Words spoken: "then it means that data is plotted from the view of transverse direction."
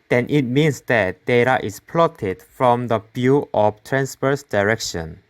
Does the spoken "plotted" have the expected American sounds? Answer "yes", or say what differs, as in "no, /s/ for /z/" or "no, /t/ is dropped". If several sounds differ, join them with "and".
yes